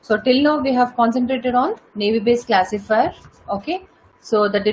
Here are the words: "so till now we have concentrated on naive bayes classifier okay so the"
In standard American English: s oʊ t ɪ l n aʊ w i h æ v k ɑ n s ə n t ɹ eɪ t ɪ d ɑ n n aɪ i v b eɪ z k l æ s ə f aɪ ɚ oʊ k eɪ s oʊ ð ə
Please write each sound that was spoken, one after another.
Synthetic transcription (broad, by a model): s oʊ t ɪ l n aʊ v i h æ v k ɑ n s ə n t ɹ eɪ t ɪ d ɑ n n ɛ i b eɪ s k l æ s ə f aɪ ɚ oʊ k eɪ s oʊ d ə